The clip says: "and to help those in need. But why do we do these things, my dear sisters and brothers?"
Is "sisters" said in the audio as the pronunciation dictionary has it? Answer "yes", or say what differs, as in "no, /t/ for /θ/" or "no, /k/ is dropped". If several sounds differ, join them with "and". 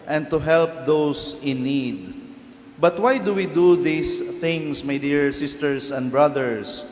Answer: no, /s/ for /z/